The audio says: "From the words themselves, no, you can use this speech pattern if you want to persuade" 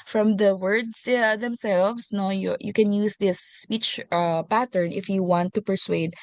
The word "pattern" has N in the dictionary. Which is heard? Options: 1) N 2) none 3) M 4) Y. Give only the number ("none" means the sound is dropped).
1